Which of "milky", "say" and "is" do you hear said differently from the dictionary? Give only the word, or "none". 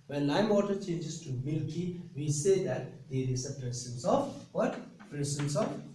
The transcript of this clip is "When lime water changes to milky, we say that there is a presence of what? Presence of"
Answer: is